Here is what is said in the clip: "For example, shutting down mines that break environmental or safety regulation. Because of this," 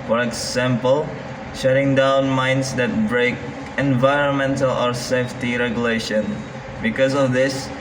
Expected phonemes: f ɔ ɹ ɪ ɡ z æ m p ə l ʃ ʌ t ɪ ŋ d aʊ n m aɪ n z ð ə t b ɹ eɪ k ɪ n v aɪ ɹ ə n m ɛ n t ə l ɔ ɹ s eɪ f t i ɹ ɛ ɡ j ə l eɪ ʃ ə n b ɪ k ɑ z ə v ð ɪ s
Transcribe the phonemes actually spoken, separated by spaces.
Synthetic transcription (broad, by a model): f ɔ ɹ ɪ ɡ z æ m p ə l ʃ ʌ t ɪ ŋ d aʊ n m aɪ n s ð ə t b ɹ eɪ k ɪ n v aɪ ɹ ə n m ɛ n t ə l ɔ ɹ s eɪ f t i ɹ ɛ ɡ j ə l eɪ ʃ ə n b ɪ k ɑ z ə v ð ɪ s